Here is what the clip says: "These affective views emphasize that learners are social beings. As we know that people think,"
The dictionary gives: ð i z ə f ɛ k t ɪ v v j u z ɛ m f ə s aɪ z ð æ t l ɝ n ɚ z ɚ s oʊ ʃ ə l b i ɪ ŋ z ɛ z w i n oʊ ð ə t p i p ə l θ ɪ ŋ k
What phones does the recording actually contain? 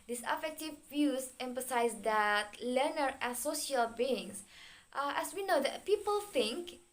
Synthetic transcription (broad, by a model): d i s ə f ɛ k t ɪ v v j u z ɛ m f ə s aɪ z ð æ t l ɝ n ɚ ɚ s oʊ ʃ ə l b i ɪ ŋ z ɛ s w i n oʊ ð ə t p i p ə l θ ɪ ŋ k